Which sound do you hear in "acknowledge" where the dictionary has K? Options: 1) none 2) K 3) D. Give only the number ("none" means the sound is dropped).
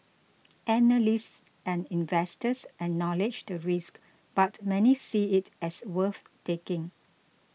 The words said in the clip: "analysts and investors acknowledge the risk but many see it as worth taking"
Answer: 1